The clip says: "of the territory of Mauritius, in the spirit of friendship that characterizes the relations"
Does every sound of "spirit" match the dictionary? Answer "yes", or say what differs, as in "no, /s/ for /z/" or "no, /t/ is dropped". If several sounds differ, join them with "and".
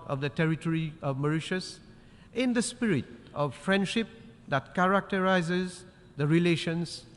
yes